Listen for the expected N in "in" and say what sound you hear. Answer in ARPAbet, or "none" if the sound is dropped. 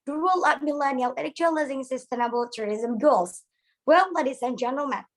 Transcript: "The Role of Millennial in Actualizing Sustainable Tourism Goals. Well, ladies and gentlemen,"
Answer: L